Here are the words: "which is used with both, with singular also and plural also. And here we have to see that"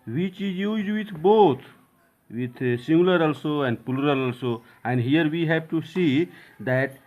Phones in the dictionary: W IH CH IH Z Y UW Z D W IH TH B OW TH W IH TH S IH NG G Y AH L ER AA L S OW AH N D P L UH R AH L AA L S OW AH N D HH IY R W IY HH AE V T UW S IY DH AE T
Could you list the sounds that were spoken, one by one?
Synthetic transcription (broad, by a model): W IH CH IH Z Y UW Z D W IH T B OW T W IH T S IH NG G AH L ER AA L S OW AH N D P L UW R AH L AA L S OW AH N D HH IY R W IY HH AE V T UW S IY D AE T